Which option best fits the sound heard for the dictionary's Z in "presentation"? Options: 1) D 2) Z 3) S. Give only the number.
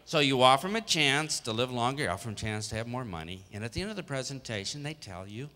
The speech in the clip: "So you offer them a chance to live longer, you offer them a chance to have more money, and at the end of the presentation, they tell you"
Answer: 2